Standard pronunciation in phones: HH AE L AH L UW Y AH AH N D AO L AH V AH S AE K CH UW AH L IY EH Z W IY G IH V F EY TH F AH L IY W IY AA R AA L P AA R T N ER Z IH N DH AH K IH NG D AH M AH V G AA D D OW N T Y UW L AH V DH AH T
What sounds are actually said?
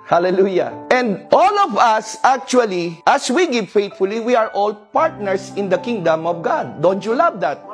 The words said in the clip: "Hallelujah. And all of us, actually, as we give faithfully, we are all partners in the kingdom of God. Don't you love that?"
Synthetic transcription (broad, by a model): HH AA L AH L UW Y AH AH N D AO L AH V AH S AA K CH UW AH L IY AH S W IY G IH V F EY T F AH L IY W IY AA R AA L P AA R T N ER S IH N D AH K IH NG D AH M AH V G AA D D OW N T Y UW L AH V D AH T